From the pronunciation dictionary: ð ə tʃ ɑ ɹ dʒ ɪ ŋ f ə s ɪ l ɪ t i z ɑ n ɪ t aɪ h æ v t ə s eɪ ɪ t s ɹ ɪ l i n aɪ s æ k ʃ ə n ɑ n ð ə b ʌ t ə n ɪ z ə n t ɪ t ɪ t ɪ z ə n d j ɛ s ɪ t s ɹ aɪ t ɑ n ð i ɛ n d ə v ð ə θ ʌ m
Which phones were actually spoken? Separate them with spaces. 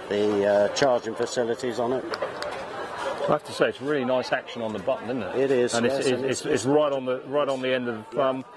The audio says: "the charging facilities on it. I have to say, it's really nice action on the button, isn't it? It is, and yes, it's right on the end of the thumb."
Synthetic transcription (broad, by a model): ð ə tʃ ɑ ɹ dʒ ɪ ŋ f ə s ɪ l ɪ t i z n ɪ t aɪ h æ f t ə s eɪ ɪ t s ɹ ɪ l i n aɪ s æ k ʃ ə n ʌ n ð ə b ʌ t n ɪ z n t ɪ t ɪ t ɪ z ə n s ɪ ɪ s ɪ t s ɹ aɪ t ɑ n ð i ɛ n d ə v ð ə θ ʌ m